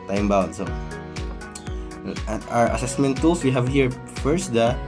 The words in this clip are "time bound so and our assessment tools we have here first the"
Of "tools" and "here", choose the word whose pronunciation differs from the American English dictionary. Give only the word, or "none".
tools